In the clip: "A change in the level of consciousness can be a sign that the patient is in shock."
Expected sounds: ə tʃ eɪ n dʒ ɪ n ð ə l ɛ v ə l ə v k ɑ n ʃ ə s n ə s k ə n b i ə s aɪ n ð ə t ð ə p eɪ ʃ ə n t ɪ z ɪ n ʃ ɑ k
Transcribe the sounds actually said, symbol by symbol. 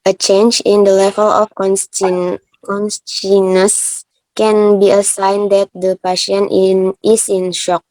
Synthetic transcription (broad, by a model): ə tʃ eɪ n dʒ ɪ n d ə l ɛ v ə l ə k k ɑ n s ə n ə s k ə n b i ə s aɪ n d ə t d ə p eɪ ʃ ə n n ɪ s ɪ n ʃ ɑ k